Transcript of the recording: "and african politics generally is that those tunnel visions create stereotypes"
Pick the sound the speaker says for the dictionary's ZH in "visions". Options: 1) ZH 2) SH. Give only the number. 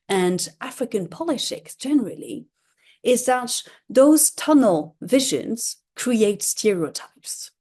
1